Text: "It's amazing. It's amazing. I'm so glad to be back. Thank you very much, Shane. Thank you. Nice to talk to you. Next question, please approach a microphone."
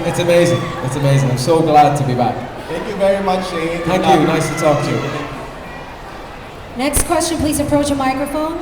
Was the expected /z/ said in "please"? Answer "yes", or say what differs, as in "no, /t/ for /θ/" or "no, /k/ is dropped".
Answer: yes